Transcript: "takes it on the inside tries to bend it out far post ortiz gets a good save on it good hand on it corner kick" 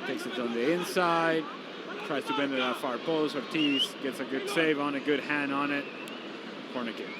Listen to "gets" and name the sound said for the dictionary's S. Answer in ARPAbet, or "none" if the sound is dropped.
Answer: S